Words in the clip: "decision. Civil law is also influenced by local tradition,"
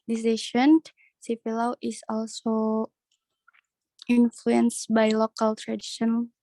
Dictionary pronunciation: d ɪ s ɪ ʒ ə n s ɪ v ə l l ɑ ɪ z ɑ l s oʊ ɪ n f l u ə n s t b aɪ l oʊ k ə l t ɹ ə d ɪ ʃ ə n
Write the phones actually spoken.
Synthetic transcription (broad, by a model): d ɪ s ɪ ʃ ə n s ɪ f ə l l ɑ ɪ s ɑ l s oʊ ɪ n f l u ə n s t b aɪ l oʊ k ə l t ɹ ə d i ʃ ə n